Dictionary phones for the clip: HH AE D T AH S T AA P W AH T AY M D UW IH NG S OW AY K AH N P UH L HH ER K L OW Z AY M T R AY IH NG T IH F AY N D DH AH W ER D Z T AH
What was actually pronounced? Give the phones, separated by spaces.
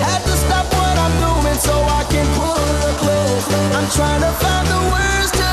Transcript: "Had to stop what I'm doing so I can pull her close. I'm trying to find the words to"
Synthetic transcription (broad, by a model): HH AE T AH S T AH F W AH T AY M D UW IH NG S OW AY K AH N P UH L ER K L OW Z AY M T R AY IH NG T IH F AY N DH AH W ER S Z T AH